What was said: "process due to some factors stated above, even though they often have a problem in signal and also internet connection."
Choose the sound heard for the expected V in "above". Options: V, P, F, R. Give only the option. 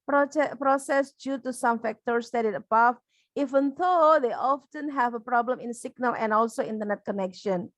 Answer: F